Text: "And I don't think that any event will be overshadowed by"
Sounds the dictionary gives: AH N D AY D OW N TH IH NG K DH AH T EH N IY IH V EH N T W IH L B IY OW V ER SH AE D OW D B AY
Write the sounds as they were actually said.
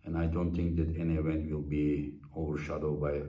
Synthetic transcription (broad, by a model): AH N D AY D OW N T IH NG K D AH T EH N IY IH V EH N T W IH L B IY OW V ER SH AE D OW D B AY